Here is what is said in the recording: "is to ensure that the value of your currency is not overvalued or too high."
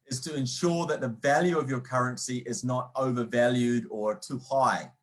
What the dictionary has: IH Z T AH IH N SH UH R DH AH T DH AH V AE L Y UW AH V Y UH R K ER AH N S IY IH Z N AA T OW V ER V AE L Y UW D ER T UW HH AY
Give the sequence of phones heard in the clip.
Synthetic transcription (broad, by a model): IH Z T AH IH N SH UH R DH AH T DH AH V AE L Y UW AH V Y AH R K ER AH N S IY IH Z N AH T OW V ER V AE L Y UW D ER T UW HH AY